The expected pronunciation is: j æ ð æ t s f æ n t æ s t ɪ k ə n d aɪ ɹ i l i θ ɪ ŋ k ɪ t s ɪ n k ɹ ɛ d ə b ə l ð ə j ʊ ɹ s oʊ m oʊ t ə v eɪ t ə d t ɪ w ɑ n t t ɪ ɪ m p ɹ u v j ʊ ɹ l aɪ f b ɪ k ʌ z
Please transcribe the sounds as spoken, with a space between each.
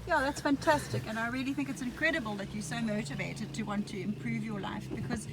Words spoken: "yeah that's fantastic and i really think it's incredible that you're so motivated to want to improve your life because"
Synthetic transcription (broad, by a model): j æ ð æ t s f æ n t æ s t ɪ k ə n aɪ ɹ i l i θ ɪ ŋ k ɪ t s ɪ n k ɹ ɛ d ə b ə l ð ə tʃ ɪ s oʊ m oʊ t ə v eɪ t ə d t ɪ w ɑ n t t ɪ ɪ m p ɹ u v j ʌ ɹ l aɪ f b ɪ k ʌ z